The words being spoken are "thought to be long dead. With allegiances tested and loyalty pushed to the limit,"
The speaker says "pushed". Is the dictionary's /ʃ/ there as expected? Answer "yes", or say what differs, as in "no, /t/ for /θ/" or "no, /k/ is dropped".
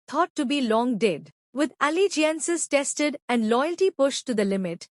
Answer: yes